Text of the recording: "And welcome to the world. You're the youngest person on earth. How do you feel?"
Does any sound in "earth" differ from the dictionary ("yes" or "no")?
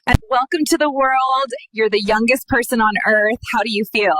no